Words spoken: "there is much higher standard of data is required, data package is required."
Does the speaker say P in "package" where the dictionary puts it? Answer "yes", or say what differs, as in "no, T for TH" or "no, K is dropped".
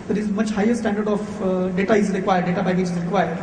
no, B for P